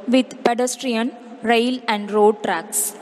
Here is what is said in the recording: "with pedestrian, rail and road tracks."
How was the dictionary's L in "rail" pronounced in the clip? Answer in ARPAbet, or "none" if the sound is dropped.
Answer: L